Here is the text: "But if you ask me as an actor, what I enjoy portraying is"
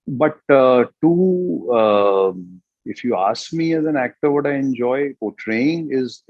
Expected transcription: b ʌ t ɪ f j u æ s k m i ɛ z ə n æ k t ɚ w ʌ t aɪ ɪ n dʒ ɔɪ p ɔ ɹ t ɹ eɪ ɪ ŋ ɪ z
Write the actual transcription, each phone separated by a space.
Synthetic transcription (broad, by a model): b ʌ t ɪ f j u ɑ s k m i ɛ z ə n æ k t ɚ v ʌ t aɪ ɪ n dʒ ɔɪ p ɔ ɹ t ɹ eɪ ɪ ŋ ɪ z